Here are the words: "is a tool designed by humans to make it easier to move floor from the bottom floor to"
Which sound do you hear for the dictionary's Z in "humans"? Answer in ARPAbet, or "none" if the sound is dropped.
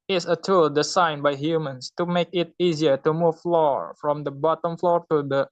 S